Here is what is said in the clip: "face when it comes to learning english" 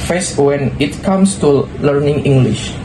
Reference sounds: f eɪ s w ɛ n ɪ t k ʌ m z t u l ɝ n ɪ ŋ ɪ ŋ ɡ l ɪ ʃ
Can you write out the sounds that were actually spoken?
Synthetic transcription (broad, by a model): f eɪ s w ɛ n ɪ t k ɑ m s t u l ɝ n ɪ ŋ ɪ ŋ ɡ l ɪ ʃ